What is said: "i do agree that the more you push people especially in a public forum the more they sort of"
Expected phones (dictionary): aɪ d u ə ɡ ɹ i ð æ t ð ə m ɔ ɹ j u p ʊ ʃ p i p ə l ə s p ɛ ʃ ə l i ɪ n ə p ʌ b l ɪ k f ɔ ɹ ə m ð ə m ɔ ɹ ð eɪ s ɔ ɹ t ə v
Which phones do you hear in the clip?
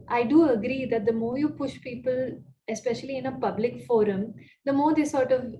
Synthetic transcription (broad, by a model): aɪ d u ə ɡ ɹ i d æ t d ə m ɔ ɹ j u p ʊ ʃ p i p ə l ə s p ɛ ʃ ə l i ɪ n ə p ʌ b l ɪ k f ɔ ɹ ə m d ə m ɔ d eɪ s ɔ ɹ t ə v